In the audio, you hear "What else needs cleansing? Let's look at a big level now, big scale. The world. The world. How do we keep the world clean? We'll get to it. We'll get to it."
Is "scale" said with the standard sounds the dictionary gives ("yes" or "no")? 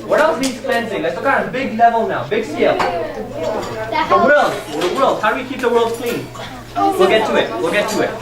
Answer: no